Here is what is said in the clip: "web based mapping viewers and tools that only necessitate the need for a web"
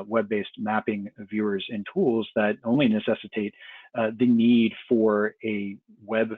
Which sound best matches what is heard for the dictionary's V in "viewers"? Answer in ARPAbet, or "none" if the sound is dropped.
V